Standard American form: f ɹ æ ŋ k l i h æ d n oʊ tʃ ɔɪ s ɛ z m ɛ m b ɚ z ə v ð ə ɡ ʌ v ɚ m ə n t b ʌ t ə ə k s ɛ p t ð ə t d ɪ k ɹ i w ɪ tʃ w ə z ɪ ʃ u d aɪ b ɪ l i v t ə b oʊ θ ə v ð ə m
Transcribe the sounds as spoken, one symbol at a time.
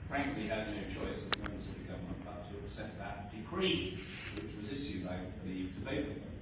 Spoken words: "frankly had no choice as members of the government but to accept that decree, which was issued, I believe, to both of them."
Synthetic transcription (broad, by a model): f ɹ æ ŋ k l i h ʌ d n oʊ tʃ ɔɪ s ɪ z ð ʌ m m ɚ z ə v ð ə ɡ ʌ v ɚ m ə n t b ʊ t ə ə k s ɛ t ð ə t d ɪ k ɹ i w ɪ tʃ w ə z ɪ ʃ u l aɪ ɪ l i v t ə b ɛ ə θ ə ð